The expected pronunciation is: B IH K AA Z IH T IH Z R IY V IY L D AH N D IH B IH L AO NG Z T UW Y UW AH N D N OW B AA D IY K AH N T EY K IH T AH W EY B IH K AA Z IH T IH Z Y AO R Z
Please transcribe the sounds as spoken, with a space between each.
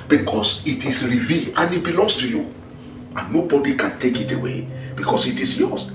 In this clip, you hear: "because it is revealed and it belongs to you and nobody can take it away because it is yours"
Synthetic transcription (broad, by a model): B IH K AA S IH T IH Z R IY V IY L AH N IH B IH L AO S T UW Y UW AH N N OW B AA D IY K AH N T EY K IH T AH W EY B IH K AA S IH T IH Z Y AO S